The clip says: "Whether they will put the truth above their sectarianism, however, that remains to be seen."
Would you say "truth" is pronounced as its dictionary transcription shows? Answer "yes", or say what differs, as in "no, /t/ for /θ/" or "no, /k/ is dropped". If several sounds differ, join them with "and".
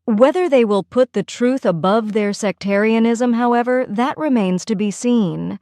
yes